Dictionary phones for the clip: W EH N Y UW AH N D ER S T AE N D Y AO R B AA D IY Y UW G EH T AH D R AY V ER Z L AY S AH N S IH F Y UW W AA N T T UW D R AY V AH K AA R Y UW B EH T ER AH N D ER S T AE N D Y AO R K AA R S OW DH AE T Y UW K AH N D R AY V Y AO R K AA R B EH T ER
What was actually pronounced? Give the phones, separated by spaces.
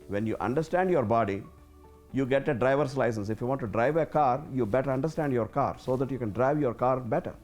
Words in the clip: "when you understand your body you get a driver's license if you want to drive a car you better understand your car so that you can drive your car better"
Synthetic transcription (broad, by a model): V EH N Y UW AH N D ER S T AE N D Y AO R B AA D IY Y UW G EH T AH D R AY V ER S L AY S AH N S IH F Y UW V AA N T T UW D R AY V AH K AA R Y UW B EH T ER AH N D ER S T AE N D Y AO R K AA R S OW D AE T Y UW K AH N D R AY V Y AO R K AA R B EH T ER